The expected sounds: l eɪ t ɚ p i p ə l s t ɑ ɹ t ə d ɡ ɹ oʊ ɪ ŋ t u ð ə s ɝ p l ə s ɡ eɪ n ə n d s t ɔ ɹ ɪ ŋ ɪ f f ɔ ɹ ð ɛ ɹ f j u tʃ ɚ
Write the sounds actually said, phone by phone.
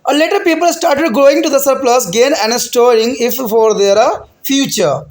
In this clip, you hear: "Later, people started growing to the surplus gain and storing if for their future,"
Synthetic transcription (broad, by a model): l eɪ t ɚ p i p ə l s t ɑ ɹ t ə d ɡ oʊ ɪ ŋ t u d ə s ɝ p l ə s ɡ eɪ n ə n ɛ s t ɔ ɹ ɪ ŋ ɪ f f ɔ ɹ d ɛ ɹ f j u tʃ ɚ